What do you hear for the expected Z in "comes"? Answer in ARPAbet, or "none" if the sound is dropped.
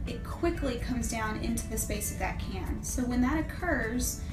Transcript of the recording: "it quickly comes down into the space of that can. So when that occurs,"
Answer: Z